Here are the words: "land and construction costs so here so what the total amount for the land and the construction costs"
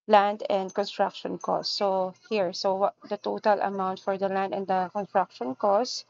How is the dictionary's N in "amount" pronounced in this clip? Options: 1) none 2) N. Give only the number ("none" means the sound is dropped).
2